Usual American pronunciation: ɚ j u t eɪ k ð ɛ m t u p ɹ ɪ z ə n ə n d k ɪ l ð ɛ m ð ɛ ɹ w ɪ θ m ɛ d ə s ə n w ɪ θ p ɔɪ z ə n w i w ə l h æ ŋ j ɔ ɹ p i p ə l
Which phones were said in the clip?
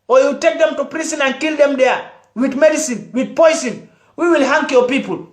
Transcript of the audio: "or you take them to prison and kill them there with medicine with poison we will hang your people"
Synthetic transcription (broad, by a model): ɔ j u t eɪ k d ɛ m t u p ɹ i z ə n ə n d k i l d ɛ m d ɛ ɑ w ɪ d m ɛ d ə s ə n w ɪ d p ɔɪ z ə n w i w ə l h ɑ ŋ j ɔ p i p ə l